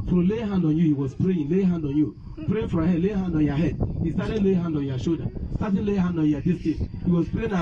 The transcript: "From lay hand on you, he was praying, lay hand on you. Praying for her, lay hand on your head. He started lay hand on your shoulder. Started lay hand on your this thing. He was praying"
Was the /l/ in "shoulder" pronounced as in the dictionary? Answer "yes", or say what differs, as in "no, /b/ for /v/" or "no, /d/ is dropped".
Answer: no, /l/ is dropped